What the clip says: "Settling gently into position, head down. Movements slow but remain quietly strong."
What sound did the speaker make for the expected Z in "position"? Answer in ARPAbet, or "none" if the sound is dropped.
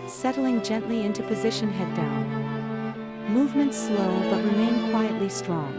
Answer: Z